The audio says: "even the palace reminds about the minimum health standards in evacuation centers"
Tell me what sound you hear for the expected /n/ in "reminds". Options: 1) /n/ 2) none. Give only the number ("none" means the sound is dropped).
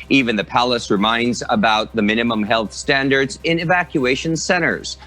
1